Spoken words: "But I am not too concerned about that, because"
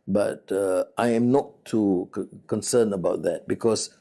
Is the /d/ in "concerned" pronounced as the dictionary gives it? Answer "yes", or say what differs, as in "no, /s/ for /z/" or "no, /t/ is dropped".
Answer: no, /d/ is dropped